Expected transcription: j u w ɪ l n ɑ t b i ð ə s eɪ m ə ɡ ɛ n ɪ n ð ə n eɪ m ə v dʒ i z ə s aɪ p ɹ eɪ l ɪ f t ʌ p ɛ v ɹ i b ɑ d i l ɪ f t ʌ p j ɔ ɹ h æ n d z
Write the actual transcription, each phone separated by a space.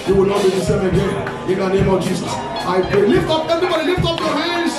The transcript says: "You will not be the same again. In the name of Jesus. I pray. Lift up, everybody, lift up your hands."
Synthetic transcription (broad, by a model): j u w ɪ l n ɑ t b i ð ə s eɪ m ə ɡ ɛ n ɪ n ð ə n eɪ m ə v dʒ i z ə s aɪ p ɹ eɪ l ɪ f t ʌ p ɛ v ɹ i b ɑ d i l ɪ f t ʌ p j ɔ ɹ h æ n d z